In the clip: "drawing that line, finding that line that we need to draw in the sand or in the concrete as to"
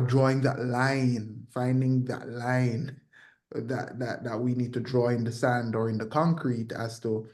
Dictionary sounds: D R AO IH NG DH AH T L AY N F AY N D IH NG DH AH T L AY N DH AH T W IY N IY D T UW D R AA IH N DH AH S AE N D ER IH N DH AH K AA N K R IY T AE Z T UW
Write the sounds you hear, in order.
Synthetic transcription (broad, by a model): D R AO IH NG DH AH T L AY N F AY N D IH NG DH AH T L AY N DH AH T W IY N IY D T UW D R AA IH N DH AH S AE N D ER IH N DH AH K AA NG K R IY T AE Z T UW